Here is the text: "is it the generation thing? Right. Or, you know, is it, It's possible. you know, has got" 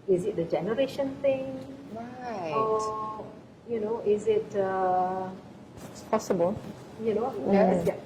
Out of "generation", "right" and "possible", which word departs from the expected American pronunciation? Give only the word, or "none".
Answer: right